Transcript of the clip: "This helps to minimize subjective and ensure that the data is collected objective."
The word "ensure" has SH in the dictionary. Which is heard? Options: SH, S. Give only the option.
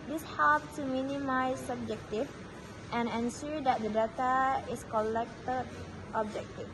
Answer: S